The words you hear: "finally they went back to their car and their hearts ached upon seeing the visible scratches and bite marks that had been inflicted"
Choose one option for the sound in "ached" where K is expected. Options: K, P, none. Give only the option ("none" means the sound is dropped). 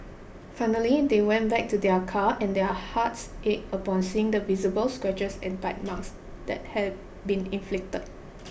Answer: none